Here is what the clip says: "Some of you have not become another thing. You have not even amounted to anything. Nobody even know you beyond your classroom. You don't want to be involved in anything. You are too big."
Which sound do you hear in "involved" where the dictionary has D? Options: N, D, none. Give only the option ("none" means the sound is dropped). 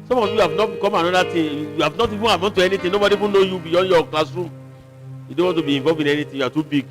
none